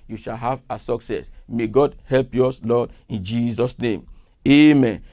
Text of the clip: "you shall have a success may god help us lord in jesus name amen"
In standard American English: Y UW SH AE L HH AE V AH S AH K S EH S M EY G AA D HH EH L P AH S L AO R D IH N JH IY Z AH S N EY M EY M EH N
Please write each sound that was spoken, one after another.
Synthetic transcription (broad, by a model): Y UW SH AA L HH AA V AH S AH K S EH S M EY G AA D HH EH L P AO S L AO D IH N JH IY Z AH S N EY M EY M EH N